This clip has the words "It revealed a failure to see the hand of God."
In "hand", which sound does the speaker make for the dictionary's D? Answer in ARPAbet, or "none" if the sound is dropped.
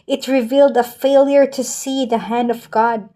D